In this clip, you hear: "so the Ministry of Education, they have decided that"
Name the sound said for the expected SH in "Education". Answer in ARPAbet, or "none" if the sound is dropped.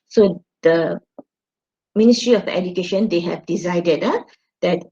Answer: SH